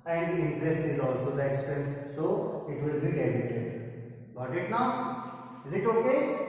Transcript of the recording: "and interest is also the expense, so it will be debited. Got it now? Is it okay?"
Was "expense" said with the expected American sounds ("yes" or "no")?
no